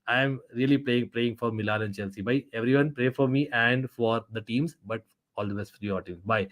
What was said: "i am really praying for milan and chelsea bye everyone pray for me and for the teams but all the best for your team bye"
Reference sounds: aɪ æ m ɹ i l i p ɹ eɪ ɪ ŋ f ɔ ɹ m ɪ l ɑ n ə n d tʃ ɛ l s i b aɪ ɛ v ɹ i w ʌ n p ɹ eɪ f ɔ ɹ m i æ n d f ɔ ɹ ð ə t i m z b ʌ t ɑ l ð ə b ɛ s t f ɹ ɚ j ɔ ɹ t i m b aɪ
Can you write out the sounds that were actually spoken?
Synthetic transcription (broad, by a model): aɪ m ɹ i l i p ɹ eɪ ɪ ŋ f ɔ ɹ m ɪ l ɑ l ə n d tʃ ɛ l s i b aɪ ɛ v ɹ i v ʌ n p ɹ eɪ f ɔ ɹ m i æ n d f ɔ ɹ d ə t i m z b ʌ t ɑ l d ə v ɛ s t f ɹ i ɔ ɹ t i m b aɪ